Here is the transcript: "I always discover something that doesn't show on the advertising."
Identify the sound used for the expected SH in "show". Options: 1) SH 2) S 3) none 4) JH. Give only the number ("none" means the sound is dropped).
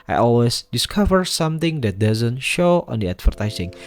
1